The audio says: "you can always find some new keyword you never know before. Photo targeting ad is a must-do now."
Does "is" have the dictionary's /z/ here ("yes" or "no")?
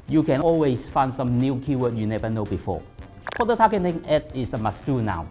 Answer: no